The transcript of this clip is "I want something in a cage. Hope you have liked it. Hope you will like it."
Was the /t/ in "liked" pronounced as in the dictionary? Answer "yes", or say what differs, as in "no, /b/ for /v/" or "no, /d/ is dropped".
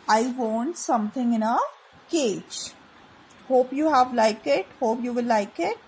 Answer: no, /t/ is dropped